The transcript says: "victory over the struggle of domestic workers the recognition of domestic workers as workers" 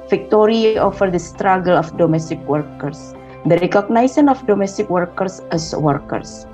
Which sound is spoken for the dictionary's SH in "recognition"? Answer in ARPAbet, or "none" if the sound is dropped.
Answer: S